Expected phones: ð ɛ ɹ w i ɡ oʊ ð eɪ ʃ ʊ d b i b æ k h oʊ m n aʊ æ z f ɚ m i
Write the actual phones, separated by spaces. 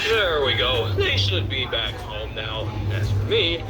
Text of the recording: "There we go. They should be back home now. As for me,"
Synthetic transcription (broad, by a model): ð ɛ ɹ w i ɡ oʊ ð eɪ ʃ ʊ d b i b æ k h oʊ m n aʊ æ s f ɚ m i